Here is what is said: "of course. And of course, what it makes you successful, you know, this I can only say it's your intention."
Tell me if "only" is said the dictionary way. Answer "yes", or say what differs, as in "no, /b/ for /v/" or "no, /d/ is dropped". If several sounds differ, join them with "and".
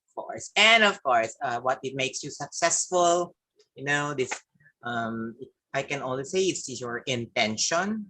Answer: no, /w/ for /l/